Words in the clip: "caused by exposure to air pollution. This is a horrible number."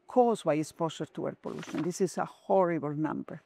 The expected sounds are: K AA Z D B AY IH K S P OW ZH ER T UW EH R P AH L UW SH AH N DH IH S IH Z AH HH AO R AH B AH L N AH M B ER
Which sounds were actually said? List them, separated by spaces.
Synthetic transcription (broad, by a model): K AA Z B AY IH S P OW S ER T UW EH R P AH L UW SH AH N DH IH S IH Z AH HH AO R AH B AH L N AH M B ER